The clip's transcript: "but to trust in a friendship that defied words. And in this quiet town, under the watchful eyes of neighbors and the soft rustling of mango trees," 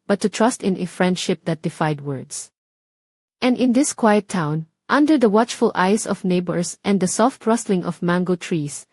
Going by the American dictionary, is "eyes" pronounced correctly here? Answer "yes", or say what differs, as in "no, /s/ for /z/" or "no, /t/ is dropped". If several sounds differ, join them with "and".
no, /s/ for /z/